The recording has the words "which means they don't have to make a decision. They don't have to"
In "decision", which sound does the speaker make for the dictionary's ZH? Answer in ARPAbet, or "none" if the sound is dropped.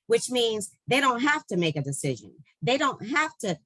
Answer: ZH